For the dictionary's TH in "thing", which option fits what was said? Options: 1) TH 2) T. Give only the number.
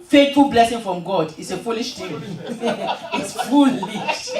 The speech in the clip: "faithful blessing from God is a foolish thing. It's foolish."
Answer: 2